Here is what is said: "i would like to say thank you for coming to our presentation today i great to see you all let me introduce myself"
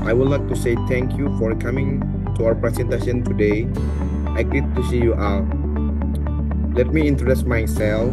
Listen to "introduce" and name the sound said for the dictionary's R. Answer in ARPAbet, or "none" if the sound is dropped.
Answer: none